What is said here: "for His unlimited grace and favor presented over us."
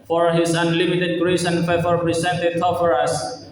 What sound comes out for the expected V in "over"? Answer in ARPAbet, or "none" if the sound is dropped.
F